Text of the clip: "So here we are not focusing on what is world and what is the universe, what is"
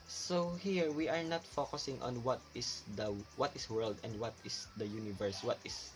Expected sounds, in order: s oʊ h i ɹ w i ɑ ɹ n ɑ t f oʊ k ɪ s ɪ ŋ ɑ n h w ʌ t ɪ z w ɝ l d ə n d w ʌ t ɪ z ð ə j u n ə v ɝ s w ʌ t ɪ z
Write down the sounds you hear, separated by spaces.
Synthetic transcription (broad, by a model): s oʊ h i ɹ w i ɑ ɹ n ɑ t f oʊ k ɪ s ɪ ŋ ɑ n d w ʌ t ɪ s w ɝ l d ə n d w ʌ t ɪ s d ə j u n ə v ɝ s w ʌ t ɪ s